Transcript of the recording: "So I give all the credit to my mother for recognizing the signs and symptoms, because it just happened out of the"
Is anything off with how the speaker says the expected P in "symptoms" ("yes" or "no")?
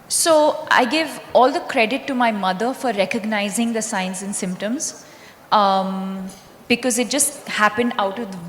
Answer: no